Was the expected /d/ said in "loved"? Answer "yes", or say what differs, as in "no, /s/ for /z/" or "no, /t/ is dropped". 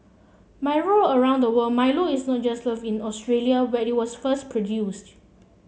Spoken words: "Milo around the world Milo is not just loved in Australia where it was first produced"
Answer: no, /d/ is dropped